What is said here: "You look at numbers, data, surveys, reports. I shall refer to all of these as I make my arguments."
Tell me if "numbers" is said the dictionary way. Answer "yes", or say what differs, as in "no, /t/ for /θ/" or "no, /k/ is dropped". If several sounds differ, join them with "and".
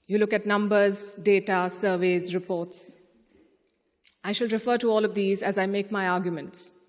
yes